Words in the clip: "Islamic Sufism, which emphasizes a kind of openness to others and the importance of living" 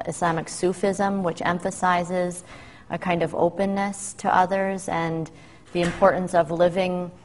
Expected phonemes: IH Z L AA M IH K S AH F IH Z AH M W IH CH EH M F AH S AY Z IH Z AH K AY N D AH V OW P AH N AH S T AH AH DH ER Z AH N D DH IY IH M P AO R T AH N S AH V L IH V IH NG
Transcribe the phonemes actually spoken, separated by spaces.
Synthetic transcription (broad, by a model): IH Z L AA M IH K S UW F IH Z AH M W IH CH EH M F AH S AY Z IH Z AH K AY N D AH V OW P AH N AH S T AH AH DH ER Z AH N DH IY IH M P AO R T N S AH V L IH V IH NG